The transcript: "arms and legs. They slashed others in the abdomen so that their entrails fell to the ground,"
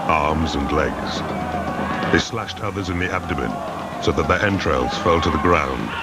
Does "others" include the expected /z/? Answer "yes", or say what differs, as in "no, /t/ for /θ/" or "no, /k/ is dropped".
yes